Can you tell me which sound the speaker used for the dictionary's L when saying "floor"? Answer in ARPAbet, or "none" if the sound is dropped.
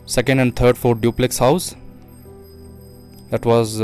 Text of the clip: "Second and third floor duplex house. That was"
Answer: none